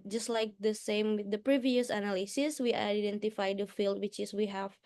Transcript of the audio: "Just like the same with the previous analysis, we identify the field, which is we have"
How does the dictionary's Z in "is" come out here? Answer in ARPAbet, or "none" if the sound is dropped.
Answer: S